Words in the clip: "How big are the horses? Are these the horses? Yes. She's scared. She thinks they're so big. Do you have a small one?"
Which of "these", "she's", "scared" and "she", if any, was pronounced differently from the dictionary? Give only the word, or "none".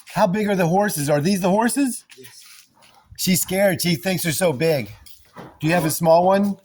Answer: none